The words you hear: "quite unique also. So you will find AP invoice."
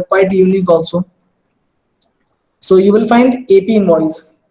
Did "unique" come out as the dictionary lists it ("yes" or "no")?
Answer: no